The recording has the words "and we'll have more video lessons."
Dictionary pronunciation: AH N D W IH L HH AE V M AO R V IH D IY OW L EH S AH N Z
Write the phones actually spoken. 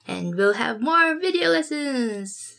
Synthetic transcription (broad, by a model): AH N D W IH L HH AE V M AO R V IH D IY OW L EH S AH N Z